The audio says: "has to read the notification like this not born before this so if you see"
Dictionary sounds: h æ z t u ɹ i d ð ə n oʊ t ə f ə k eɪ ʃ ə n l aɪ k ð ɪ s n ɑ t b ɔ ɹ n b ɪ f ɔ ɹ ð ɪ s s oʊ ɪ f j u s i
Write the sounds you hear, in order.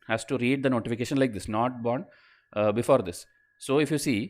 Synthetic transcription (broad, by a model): h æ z t u ɹ i d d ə n oʊ t ə f ə k eɪ ʃ ə n l aɪ k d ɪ s n ɑ t b ɔ ɹ n b ɪ f ɔ ɹ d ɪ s s oʊ ɪ f j u s i